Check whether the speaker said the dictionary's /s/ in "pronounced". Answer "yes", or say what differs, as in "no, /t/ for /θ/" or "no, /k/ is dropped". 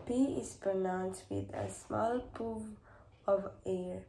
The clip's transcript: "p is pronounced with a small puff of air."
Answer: yes